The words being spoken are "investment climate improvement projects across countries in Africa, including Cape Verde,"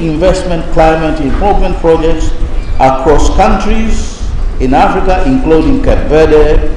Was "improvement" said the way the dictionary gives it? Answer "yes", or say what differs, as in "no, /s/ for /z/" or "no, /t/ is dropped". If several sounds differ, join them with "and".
no, /ɹ/ is dropped